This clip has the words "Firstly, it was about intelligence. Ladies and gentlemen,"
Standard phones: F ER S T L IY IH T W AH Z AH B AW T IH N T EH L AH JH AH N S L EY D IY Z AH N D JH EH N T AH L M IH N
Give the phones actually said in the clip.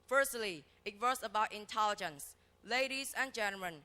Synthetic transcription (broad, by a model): F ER S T L IY IH T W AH S AH B AW T IH N T EH L AH JH AH N S L EY D IY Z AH N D JH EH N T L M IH N